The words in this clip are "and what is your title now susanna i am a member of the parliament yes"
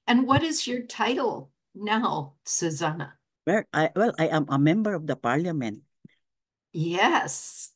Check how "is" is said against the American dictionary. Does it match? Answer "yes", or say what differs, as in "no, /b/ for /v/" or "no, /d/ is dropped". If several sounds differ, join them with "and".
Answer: yes